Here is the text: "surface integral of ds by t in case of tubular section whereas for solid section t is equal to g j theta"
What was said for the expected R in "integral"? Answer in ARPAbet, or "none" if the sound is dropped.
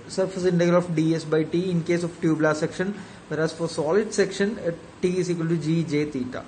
none